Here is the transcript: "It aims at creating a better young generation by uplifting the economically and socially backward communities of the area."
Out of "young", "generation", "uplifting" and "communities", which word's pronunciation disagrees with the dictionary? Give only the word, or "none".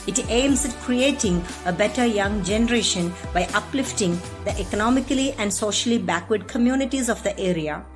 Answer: none